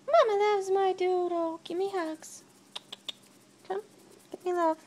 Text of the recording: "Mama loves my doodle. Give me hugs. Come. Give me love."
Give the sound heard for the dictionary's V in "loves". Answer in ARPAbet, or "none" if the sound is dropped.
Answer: W